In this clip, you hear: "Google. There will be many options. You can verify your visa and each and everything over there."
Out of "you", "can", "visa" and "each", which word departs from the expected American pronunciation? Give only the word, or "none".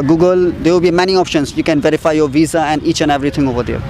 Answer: none